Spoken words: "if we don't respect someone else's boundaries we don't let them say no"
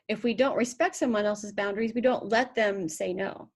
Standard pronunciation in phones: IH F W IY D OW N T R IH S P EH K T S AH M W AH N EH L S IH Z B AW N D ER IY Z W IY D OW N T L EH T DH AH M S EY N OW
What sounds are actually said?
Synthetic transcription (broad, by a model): IH F W IY D OW N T R IH S P EH K T S AH M W AH N EH L S IH Z B AW N D ER IY Z W IY D OW N T L EH T DH AH M S EY N OW